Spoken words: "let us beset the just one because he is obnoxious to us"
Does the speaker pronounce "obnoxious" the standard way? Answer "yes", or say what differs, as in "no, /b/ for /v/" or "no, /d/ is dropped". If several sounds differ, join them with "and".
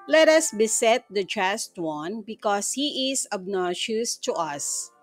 no, /k/ is dropped